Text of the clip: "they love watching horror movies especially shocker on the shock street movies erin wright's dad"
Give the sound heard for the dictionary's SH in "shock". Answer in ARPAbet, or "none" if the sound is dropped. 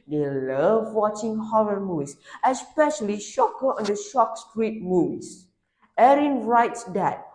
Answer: SH